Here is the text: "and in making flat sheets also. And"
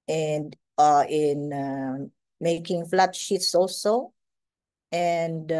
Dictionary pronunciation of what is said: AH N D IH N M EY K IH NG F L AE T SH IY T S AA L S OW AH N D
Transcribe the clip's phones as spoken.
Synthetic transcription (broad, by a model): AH N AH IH N M EY K IH NG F L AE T SH IY T S AA L S OW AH N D